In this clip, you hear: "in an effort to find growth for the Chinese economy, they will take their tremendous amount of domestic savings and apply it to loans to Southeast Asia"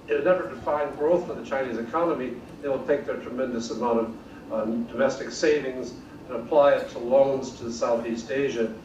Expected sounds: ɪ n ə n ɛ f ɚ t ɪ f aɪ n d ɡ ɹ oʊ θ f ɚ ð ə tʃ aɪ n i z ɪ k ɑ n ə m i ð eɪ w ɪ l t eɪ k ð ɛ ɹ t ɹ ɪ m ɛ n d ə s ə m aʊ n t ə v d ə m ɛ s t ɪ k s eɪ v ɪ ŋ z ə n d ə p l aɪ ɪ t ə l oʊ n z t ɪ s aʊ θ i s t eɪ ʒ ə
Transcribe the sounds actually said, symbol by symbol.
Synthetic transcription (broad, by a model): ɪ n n ɛ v ɚ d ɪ f aɪ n ɡ ɹ oʊ θ f ɚ ð ə tʃ aɪ n i z ɪ k ɑ n ə m i ð eɪ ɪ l t eɪ k ð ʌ ɹ t ɹ ɪ m ɛ n d ə s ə m aʊ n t ə v d ə m ɛ s t ɪ k s eɪ v ɪ ŋ z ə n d ə p l aɪ ɪ t ə l oʊ n z t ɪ s aʊ θ i s t eɪ ʒ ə